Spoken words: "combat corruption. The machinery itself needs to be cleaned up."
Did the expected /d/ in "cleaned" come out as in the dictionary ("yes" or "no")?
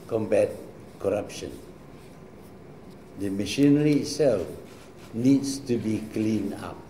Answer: no